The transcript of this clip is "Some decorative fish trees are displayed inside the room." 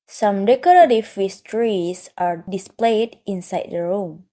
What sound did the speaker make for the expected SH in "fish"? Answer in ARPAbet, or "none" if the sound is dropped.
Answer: S